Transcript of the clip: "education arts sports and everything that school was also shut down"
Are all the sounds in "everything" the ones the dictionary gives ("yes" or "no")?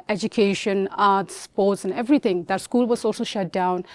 no